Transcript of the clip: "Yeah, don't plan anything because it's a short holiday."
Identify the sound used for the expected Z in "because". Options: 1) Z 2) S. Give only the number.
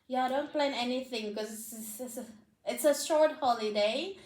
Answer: 2